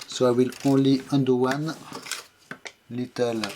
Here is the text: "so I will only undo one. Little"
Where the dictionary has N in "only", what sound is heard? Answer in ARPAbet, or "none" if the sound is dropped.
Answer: none